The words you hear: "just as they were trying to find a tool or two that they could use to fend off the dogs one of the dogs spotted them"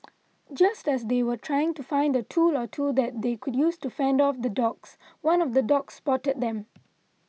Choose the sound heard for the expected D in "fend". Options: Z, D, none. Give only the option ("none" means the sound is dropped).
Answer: D